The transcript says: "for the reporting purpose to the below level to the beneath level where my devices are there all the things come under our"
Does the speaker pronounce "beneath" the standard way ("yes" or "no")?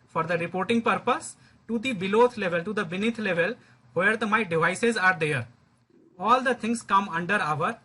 no